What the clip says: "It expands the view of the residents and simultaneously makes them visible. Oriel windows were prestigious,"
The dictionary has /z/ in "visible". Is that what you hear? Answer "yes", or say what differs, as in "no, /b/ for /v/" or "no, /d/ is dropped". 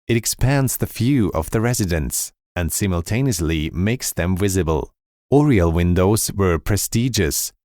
yes